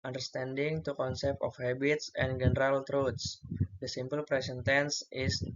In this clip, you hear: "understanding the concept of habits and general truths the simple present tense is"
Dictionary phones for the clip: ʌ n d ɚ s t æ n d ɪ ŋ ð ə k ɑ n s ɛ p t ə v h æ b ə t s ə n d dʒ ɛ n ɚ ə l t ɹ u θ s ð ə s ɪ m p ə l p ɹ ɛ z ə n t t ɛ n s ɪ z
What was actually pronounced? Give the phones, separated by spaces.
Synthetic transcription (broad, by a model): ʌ n d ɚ s t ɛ n d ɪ ŋ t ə k ɑ n s ɛ p t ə f h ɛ b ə t s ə n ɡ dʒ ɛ n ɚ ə l t ɹ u t s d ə s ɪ m p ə l p ɹ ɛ s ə n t t ɛ n s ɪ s